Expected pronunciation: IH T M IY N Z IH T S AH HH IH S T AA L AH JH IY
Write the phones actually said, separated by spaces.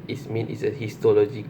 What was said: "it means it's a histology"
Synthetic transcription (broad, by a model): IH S M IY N IH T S AH HH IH S T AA L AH JH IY